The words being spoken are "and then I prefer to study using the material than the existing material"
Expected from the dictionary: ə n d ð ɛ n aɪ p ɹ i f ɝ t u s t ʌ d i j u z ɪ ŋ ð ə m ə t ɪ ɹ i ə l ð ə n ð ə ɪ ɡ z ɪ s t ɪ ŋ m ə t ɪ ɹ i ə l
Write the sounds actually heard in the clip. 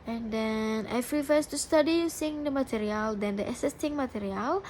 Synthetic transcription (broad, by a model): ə n d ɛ n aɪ f ɹ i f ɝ t u s t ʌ d i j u s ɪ ŋ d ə m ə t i ɹ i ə l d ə n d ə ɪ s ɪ s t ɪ ŋ m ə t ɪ ɹ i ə l